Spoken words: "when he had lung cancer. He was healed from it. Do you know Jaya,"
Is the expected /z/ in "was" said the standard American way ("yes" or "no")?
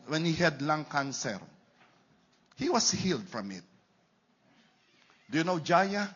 no